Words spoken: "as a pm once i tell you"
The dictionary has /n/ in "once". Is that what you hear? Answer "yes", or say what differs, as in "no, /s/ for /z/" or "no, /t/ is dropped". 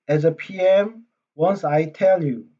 yes